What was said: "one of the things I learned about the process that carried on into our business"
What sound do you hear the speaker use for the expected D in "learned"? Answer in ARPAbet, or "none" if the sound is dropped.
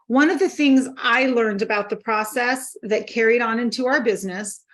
D